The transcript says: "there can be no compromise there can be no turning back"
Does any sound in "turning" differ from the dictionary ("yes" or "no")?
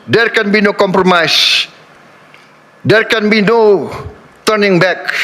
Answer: no